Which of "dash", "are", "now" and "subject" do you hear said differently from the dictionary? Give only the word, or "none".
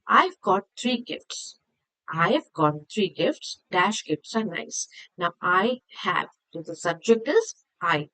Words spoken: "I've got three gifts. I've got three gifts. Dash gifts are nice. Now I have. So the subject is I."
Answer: none